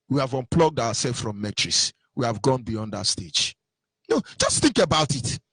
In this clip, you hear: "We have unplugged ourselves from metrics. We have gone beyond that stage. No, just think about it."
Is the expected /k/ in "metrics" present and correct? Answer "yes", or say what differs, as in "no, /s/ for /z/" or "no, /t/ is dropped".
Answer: no, /k/ is dropped